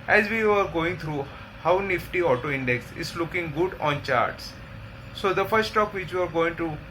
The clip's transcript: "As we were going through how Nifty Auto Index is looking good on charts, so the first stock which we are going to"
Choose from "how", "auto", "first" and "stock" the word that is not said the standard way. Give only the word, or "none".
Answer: first